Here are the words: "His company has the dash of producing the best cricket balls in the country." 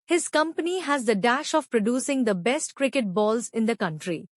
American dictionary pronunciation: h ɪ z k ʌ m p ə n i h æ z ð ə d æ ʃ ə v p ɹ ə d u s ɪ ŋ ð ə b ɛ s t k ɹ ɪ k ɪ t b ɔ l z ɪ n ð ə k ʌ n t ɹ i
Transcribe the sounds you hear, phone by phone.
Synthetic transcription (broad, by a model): h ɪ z k ʌ m p ə n i h æ z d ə d æ ʃ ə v p ɹ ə d u s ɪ ŋ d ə b ɛ s t k ɹ ɪ k ɪ t b ɔ l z ɪ n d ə k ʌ n t ɹ i